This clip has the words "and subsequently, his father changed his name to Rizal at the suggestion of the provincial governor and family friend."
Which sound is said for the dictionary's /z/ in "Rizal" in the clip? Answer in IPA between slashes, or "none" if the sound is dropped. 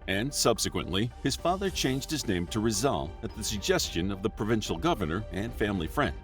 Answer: /z/